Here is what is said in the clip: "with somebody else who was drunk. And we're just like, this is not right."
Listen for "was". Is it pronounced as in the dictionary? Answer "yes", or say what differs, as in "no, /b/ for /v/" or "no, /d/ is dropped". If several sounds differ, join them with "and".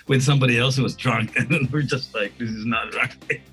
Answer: yes